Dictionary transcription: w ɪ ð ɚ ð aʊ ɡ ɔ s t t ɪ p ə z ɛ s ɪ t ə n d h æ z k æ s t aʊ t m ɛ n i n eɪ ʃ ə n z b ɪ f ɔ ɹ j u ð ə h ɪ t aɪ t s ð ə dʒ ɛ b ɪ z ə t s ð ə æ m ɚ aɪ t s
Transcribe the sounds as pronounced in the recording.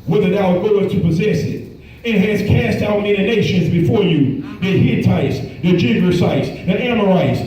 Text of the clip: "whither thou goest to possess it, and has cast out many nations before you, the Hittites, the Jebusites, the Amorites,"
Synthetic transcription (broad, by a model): w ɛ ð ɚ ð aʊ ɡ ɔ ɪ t t ɪ p ə z ɛ s ɪ t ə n h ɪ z k æ s t aʊ t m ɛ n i n eɪ ʃ ə n z b ɪ f ɔ ɹ j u ð ə h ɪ t aɪ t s ð ə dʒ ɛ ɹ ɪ s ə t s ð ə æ m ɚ aɪ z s